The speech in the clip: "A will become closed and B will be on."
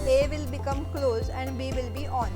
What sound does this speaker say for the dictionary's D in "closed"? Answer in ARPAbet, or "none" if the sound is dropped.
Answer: none